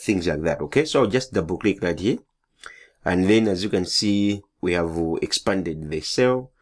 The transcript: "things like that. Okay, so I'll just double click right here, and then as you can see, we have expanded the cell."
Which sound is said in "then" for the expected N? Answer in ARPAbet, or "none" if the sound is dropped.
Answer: N